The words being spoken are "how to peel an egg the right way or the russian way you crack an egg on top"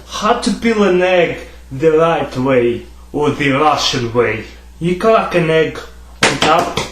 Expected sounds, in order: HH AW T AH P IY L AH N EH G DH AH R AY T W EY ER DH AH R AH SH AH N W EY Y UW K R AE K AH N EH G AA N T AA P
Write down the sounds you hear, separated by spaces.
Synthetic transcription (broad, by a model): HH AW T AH B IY L AH N EH G DH AH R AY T W EY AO DH AH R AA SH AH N W EY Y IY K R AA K AH N EH G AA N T AA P